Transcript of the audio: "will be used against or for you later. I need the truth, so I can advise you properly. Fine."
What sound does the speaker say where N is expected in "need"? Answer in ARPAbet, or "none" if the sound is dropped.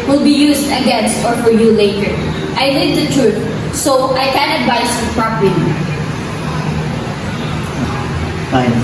L